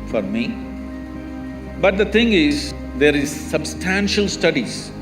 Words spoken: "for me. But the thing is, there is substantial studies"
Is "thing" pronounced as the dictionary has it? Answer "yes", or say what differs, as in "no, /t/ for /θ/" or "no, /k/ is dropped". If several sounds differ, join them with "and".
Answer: no, /t/ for /θ/